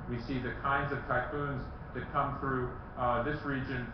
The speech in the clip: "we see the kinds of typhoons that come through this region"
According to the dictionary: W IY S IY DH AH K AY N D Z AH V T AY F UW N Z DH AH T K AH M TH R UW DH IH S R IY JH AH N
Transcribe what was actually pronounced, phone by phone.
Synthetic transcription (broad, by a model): W IY S IY DH AH K AY N D Z AH V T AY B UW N Z DH AH T K AH M TH R UW DH IH S R IY JH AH N